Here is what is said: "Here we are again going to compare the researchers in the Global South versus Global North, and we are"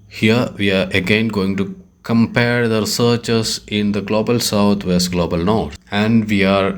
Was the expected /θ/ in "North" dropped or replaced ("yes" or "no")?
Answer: yes